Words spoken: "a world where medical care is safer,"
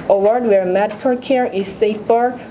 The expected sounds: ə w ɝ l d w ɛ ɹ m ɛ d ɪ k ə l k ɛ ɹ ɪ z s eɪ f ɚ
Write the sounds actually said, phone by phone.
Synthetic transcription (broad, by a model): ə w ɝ d w ɛ ɹ m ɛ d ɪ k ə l k ɛ ɹ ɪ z s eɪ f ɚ